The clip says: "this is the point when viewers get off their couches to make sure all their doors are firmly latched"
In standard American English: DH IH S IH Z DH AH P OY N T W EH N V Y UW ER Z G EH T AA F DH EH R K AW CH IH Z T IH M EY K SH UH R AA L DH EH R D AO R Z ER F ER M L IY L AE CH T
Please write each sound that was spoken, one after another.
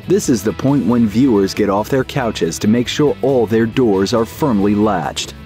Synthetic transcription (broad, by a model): DH IH S IH Z DH AH P OY N T W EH N V Y UW ER Z G EH T AA F DH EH R K AW CH IH Z T IH M EY K SH UH R AA L DH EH R D AO R Z ER F ER M L IY L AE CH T